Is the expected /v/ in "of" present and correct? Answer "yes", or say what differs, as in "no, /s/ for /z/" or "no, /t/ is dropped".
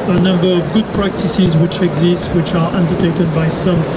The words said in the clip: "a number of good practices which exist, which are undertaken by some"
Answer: yes